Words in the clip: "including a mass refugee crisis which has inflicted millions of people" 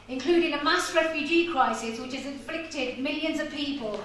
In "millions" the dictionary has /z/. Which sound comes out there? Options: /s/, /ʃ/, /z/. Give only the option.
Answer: /z/